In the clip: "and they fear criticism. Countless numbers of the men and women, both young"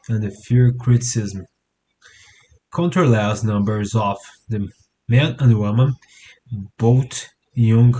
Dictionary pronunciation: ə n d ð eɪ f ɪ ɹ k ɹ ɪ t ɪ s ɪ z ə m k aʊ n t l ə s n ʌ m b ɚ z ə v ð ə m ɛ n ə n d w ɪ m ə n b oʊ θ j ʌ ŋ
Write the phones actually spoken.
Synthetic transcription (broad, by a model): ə n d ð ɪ f ɪ ɹ k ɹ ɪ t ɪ s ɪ z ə m k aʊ n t l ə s n ʌ m b ɚ z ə f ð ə m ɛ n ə n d w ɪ m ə n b oʊ t j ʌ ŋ